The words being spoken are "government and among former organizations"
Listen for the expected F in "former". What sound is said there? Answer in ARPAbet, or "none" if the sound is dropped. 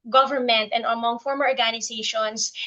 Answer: F